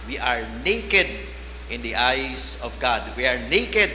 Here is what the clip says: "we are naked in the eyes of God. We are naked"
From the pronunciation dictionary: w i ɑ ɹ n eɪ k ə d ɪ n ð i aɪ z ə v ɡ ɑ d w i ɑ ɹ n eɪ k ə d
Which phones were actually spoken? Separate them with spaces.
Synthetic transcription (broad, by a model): w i ɑ ɹ n eɪ k ə d ɪ n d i aɪ s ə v ɡ ɑ d w i ɑ ɹ n eɪ k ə d